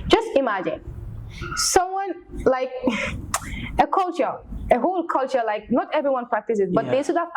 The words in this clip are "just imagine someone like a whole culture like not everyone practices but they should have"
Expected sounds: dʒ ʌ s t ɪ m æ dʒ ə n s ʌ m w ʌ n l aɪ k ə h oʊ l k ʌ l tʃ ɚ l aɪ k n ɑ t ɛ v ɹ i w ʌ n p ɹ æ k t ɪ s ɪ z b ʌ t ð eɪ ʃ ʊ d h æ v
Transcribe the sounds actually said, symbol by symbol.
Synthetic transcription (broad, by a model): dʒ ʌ s t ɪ m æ dʒ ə n s ʌ m w ʌ n l aɪ k ə h oʊ l k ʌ l tʃ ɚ l aɪ k n ɑ t ɛ v ɹ i w ʌ n p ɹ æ k t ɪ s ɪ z b ʌ t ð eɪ s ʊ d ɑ